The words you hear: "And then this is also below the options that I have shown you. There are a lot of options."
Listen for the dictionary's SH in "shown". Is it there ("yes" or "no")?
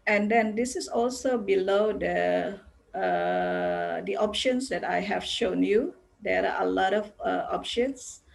yes